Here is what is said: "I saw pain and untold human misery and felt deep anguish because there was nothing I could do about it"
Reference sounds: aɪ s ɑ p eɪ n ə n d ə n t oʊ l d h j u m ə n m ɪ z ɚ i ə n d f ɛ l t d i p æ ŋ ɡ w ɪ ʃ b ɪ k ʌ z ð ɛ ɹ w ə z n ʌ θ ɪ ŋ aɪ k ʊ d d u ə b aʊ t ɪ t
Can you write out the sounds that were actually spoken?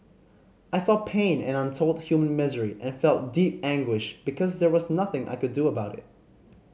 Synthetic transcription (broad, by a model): aɪ s ɑ p eɪ n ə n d ə n t oʊ l d h j u m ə n m ɪ z ɚ i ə n f ɛ l t d i p æ ŋ ɡ w ɪ ʃ b ɪ k ʌ z ð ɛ ɹ w ə z n ʌ θ ɪ ŋ aɪ k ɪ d d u ə b aʊ t ɪ t